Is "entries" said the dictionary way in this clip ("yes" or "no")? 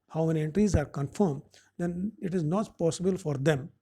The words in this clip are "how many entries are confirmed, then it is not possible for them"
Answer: yes